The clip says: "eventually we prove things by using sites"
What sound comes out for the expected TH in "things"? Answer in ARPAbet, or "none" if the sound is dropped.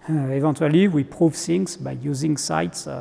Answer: S